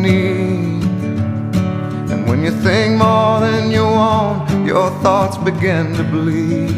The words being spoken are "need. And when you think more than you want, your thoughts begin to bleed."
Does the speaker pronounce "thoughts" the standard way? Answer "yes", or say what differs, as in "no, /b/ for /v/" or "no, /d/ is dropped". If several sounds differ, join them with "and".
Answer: yes